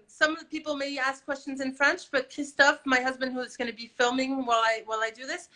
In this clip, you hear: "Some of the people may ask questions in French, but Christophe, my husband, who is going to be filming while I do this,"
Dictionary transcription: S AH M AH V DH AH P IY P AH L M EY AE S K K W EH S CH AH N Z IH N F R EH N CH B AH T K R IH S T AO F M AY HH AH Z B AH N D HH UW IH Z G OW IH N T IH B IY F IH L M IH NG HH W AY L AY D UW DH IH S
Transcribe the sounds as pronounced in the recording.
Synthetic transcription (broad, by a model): S AH M AH V DH AH P IY P L M EY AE S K K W EH S CH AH N Z IH N F R EH N CH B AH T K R IH S T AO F M AY HH AH Z B AH N D HH UW IH Z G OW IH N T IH B IY F IH L M IH NG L W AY L AY D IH DH IH S